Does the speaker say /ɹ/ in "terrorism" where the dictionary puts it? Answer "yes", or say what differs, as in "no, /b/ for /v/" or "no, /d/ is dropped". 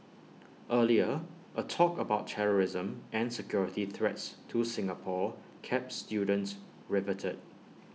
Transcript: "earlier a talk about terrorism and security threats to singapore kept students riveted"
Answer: yes